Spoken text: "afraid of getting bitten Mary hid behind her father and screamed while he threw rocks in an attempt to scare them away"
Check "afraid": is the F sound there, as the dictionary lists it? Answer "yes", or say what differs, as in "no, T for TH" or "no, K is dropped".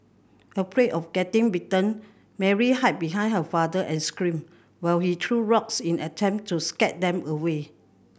no, P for F